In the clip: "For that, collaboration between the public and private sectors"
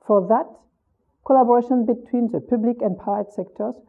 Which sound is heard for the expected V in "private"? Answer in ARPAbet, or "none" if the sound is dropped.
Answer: none